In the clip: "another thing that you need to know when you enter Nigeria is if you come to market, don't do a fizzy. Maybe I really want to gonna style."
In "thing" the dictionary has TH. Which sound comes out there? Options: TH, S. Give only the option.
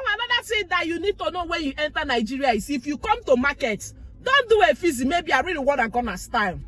S